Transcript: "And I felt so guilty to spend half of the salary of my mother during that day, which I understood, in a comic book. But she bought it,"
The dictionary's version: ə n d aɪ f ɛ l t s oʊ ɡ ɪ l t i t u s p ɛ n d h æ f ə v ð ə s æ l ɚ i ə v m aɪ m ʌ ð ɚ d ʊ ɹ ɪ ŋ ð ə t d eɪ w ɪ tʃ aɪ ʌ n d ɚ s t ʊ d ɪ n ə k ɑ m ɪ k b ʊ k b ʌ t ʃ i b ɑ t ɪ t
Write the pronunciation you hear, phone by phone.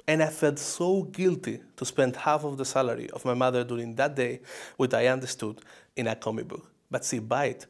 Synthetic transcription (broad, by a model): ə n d aɪ f ɛ l t s oʊ ɡ ɪ l t i t u s p ɛ n d h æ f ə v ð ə s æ l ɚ i ə v m aɪ m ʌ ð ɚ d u ɹ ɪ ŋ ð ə t d eɪ w ɪ tʃ aɪ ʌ n d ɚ s t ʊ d ɪ n ə k ɑ m ɪ k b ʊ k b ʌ t s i b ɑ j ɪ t